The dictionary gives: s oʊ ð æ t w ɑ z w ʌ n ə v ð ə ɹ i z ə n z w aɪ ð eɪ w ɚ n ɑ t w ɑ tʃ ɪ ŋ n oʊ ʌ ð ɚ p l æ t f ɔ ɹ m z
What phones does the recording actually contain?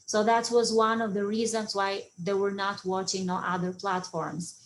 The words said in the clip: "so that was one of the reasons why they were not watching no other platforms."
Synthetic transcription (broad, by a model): s oʊ ð æ t w ɑ z w ʌ n ə v ð ə ɹ i z ə n z w aɪ ð eɪ w ɚ n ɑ t w ɑ tʃ ɪ ŋ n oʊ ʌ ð ɚ p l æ t f ɔ ɹ m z